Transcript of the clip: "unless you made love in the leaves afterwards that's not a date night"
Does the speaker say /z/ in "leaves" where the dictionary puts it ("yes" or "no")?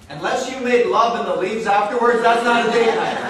yes